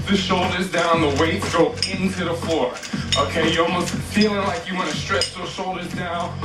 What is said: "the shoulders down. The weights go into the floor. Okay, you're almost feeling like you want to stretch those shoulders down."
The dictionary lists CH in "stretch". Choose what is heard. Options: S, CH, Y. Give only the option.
CH